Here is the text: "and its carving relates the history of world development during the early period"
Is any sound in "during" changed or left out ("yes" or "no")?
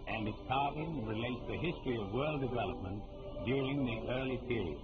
no